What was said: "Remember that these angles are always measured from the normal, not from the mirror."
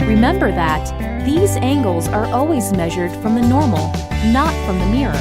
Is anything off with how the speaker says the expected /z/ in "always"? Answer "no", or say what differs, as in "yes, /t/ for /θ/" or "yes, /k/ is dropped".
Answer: no